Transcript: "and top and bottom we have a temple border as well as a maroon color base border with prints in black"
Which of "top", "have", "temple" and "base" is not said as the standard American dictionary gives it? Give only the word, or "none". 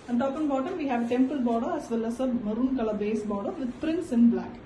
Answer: none